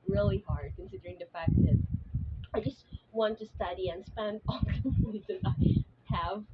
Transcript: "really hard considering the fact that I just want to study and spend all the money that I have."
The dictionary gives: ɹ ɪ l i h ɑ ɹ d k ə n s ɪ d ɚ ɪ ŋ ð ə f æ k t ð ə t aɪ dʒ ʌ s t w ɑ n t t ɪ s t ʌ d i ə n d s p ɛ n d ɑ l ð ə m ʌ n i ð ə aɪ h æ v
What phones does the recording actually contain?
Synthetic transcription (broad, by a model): ɹ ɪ l i h ɑ ɹ d k ə n s ɪ d ɚ ɪ ŋ ð ə f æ k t ð ə t aɪ dʒ ʌ s t w ɑ n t t ɪ s t ʌ d i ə n s p ɛ n d ɑ l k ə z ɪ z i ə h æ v